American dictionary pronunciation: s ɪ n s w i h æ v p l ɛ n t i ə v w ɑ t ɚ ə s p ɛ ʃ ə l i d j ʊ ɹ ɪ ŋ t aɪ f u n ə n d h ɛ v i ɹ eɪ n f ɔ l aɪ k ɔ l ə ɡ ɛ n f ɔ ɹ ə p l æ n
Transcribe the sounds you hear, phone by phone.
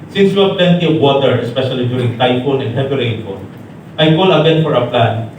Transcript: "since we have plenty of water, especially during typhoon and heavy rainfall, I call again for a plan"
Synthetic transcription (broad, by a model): s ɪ n s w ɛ p l ɛ n t i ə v w ɑ t ɚ ə s p ɛ ʃ ə l i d j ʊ ɹ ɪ ŋ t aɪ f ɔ n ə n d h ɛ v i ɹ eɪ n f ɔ n aɪ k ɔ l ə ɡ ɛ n f ɔ ɹ ə p l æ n